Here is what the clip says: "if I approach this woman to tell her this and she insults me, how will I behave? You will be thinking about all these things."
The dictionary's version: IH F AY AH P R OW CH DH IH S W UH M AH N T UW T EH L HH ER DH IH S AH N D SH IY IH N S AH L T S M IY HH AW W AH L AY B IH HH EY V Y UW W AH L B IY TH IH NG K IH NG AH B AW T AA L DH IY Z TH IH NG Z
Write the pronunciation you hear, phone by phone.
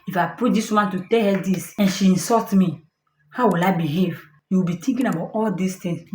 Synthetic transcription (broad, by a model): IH F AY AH P UW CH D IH S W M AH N T UW T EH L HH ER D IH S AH N SH IY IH N S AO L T M IY HH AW W AH L AY B IH HH EY V Y UW W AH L B IY T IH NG K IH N AH B AW T AA L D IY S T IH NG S